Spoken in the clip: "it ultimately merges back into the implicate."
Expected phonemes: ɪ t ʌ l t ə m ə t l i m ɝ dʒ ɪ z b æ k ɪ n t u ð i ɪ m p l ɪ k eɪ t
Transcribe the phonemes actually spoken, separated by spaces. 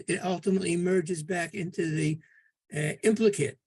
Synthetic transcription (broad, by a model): ɪ t ʌ l t ə m ə t l i m ɝ dʒ ɪ z b æ k ɪ n t u ð i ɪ m p l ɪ k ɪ t